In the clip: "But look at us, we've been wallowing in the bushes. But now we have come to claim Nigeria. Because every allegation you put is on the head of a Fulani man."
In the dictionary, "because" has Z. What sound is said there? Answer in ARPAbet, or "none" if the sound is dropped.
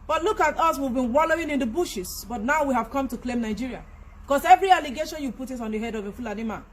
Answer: S